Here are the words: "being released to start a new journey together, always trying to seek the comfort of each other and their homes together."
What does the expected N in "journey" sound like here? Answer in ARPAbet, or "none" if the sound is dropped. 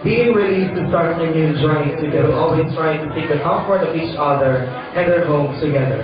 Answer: none